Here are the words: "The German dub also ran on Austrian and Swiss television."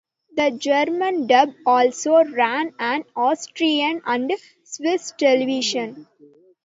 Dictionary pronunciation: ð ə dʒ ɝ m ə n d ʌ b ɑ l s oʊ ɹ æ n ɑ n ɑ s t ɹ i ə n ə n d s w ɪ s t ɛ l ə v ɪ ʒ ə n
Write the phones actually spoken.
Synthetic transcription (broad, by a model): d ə dʒ ɝ m ə n d ʌ b ɑ l s oʊ ɹ æ n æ n ɑ s t ɹ i ə n ə n d s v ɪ s t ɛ l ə v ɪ ʃ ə n